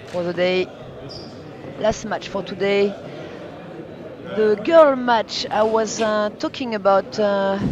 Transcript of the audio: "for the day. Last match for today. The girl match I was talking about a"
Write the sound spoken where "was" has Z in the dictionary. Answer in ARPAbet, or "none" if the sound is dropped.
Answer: Z